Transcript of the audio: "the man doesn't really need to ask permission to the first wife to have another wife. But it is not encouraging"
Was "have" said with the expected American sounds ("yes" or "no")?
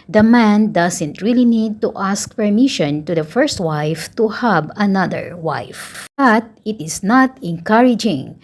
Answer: no